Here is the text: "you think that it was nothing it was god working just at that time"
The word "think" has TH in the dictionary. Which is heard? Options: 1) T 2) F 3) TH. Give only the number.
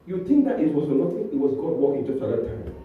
1